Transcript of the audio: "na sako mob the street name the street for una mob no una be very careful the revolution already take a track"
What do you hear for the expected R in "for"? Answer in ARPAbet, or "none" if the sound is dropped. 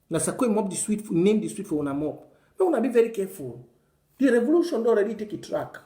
W